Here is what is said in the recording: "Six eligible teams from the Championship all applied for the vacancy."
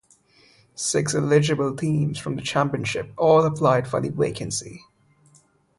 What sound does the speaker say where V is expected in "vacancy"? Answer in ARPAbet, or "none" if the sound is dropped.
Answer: W